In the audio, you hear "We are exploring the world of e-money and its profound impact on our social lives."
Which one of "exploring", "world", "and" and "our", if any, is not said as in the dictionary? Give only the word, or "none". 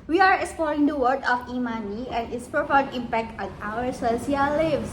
world